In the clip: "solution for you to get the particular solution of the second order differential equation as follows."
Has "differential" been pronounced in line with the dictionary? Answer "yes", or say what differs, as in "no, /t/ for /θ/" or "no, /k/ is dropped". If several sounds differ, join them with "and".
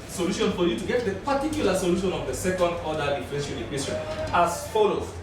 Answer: no, /n/ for /l/